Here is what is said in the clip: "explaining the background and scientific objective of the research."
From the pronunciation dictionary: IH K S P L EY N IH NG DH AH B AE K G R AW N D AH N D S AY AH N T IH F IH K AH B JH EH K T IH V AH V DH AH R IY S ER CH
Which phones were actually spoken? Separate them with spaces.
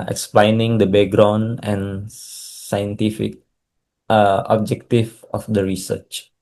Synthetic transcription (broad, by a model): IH K S P L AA N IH NG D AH B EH G R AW N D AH N S AY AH N T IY F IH K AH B JH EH K T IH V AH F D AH R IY S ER CH